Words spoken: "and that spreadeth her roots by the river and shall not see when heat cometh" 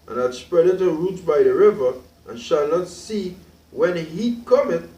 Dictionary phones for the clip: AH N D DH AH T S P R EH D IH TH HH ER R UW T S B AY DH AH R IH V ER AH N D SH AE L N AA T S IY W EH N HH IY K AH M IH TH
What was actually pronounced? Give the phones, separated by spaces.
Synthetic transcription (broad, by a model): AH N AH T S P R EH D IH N R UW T B AY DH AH R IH V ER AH N SH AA L N AA T S IY W EH N HH IY K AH M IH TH